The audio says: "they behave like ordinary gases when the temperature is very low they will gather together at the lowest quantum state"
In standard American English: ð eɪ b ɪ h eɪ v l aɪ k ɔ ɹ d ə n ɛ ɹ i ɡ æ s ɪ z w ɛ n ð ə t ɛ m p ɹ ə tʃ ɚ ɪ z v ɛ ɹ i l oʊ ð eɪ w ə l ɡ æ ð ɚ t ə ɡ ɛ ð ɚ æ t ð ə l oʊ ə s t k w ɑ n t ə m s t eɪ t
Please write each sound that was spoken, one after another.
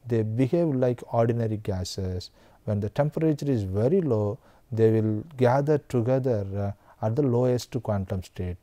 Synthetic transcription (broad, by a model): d eɪ b ɪ h eɪ v l aɪ k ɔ ɹ d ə n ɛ ɹ i ɡ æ s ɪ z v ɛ n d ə t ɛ m p ɹ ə tʃ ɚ ɪ z v ɛ ɹ i l oʊ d eɪ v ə l ɡ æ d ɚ t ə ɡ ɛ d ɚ æ t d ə l oʊ ə s t k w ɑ n t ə m s t eɪ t